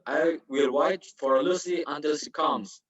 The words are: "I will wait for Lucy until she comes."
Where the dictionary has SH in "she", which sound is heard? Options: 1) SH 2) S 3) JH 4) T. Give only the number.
2